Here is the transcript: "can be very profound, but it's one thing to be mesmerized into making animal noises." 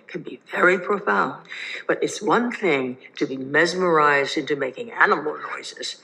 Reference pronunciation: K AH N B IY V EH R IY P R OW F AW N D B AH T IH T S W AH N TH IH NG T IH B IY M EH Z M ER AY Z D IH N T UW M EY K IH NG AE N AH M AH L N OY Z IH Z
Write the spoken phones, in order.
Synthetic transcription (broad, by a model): K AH N B IY V EH R IY P R OW F AW N D B AH T IH T S W AH N TH IH NG T IH B IY M EH Z M ER AY Z D IH N T UW M EY K IH NG AE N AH M L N OY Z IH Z